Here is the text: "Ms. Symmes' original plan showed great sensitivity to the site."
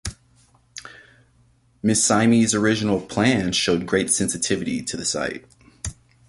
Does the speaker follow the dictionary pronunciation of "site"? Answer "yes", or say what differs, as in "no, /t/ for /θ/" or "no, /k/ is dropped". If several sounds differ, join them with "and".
yes